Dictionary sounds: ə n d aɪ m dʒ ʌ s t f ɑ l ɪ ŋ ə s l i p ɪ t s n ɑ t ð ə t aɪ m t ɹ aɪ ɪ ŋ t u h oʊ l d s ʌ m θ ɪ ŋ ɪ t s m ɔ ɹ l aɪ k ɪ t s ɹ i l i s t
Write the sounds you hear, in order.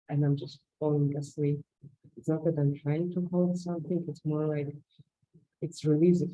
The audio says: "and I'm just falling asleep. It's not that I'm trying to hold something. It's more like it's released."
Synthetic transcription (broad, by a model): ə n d aɪ m dʒ ʌ s t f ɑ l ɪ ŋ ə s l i ɪ t s n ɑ t ð ə t aɪ m t ɹ aɪ ɪ ŋ t u h oʊ l d s ʌ m θ ɪ ŋ ɪ t s m ɔ ɹ l aɪ k ɪ t s ɹ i l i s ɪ